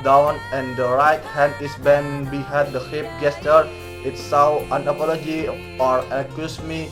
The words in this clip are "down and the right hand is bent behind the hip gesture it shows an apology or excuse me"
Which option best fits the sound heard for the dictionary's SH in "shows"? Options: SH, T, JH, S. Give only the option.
S